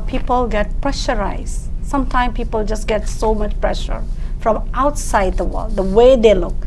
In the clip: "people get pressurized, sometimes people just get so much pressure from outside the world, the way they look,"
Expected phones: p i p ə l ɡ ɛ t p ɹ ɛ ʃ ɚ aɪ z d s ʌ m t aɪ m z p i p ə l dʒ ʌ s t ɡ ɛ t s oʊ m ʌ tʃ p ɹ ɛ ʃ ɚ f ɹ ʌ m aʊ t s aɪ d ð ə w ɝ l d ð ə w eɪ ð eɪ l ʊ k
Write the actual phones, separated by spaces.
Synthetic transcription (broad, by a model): p i p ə l ɡ ɛ t p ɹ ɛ ʃ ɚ aɪ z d s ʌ m t aɪ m p i p ə l dʒ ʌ s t ɡ ɛ t s oʊ m ʌ tʃ p ɹ ɛ ʃ ɚ f ɹ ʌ m aʊ t s aɪ d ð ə w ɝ l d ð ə w eɪ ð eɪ l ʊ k